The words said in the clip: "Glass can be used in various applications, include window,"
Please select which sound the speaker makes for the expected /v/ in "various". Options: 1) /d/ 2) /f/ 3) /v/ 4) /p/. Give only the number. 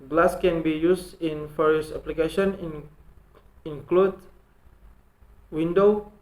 2